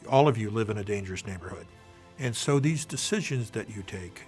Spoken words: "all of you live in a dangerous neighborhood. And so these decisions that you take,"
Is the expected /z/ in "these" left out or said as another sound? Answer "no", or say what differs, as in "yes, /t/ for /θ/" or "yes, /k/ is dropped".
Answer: no